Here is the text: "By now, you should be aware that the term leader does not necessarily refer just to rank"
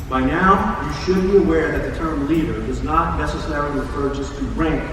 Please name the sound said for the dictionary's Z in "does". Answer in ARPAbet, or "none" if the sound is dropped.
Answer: Z